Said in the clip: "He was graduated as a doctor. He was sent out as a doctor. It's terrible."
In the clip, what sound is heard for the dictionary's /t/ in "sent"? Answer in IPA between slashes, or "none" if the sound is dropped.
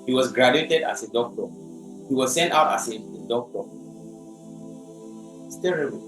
/t/